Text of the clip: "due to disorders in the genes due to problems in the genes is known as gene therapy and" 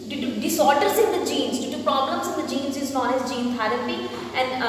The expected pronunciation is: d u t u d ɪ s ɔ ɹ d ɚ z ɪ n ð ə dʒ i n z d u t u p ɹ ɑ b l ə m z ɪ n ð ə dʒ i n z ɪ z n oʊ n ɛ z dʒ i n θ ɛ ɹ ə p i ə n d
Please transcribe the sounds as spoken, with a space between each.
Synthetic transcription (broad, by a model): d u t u d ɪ s ɔ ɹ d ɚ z ɪ n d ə dʒ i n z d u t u p ɹ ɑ b l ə m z ɪ n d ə dʒ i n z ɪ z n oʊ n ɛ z dʒ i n t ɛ ɹ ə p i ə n d